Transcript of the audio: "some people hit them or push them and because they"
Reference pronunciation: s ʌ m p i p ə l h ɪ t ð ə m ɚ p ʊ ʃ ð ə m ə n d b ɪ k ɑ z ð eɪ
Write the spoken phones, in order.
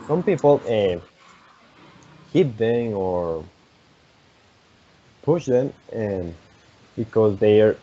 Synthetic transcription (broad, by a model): s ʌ m p i p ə n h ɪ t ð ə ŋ ɚ p ʊ ʃ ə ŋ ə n b ɪ k ɑ z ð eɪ